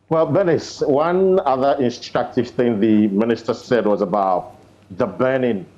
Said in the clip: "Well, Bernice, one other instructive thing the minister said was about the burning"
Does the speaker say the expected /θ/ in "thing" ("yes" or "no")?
yes